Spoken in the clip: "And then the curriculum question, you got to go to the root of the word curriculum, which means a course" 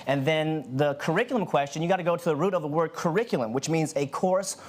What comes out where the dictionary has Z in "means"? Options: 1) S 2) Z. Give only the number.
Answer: 2